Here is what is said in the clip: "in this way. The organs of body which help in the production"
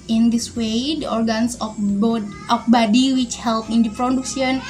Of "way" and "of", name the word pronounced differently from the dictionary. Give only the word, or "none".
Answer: of